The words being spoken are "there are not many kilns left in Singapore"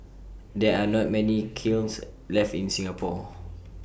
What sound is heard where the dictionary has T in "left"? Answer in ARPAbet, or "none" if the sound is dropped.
T